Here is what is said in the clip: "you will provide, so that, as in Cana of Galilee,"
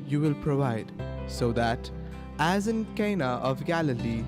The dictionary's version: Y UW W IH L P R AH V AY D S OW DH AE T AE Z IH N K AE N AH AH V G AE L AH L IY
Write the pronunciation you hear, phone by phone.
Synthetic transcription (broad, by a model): Y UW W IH L P R AH V AY D S OW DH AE T AE Z IH N K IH N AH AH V G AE L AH L IY